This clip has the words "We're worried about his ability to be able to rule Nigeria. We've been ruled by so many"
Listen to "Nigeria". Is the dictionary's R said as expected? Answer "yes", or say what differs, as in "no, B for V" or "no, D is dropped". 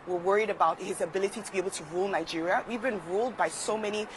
yes